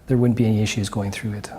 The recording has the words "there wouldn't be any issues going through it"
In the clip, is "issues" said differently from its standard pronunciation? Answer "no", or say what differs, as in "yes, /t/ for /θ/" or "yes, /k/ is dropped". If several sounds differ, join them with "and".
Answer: no